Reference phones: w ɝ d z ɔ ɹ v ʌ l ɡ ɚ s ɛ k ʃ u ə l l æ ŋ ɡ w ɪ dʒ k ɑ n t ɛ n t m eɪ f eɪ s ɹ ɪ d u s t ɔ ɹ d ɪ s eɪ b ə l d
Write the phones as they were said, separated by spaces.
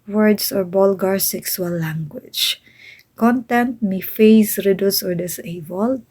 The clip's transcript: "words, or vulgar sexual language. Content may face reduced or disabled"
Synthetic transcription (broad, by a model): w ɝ d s ɔ ɹ b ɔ l ɡ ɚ s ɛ k s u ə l l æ ŋ ɡ w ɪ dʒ k ɑ n t ɛ n t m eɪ f eɪ s ɹ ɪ d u s ɔ ɹ d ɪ s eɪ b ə l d